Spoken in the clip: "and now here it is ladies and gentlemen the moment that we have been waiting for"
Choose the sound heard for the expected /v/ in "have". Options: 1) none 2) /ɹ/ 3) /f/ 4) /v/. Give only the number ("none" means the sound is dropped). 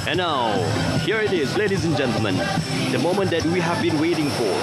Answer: 4